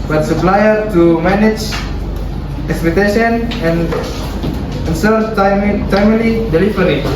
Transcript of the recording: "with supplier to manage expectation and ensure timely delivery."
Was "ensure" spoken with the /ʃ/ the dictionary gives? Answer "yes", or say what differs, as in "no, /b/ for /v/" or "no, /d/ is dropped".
no, /s/ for /ʃ/